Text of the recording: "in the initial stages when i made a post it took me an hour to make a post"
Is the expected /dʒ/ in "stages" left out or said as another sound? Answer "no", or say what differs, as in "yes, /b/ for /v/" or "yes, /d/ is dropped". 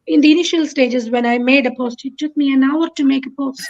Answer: no